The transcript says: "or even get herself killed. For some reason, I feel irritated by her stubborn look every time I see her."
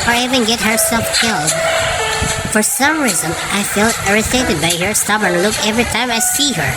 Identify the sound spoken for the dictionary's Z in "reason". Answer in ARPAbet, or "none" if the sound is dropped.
Z